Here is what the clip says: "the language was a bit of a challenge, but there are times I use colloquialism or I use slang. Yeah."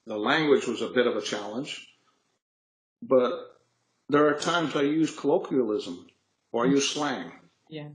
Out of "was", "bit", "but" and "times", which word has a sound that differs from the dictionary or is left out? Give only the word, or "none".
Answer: none